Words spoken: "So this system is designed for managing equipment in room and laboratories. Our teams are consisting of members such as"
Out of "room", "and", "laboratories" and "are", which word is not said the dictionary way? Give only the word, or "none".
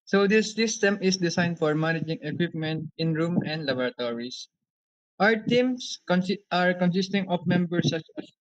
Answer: laboratories